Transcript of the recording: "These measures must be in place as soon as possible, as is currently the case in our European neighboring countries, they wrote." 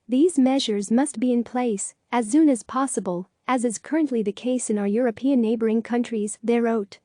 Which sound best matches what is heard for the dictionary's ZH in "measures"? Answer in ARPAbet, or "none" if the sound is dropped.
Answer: ZH